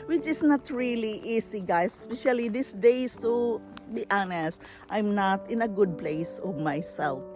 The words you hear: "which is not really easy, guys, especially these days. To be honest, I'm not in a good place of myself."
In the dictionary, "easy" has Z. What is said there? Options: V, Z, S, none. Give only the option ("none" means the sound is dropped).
S